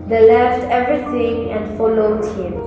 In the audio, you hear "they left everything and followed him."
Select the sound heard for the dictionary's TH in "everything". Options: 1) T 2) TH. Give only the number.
1